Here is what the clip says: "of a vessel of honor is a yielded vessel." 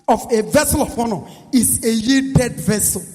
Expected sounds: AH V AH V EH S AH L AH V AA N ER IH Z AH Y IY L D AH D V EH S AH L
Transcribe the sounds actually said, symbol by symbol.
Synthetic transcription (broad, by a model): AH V AH V EH S AH L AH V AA N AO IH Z AH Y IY D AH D V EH S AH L